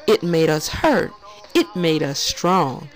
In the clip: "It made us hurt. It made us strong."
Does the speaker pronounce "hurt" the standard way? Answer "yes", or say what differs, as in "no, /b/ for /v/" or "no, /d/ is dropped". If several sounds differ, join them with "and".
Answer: yes